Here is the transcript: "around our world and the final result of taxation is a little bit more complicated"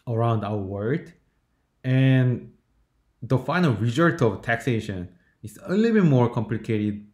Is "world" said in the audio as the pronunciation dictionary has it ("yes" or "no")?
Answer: no